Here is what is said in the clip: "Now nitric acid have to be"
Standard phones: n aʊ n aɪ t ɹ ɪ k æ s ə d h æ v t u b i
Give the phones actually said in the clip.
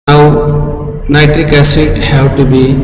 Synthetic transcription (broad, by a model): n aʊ n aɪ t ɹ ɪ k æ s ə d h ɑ w t u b i